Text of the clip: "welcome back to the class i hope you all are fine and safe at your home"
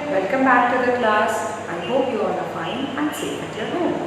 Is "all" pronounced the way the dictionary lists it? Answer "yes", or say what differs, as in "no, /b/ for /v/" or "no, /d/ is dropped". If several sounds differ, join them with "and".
no, /n/ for /l/